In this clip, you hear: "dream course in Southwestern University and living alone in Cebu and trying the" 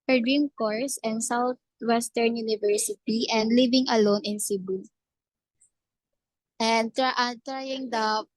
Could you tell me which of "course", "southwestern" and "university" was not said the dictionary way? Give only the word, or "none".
southwestern